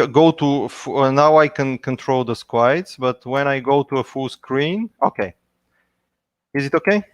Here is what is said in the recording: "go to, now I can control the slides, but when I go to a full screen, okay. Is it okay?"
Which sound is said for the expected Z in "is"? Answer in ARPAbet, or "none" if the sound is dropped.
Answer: Z